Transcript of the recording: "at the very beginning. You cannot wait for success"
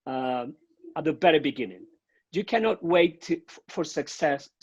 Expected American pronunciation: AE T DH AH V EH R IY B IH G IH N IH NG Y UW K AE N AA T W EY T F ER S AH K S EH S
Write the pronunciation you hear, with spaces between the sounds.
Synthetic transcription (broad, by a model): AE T DH AH B EH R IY B IH G IH N IH NG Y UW K AE N AA T W EY T F ER S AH K S EH S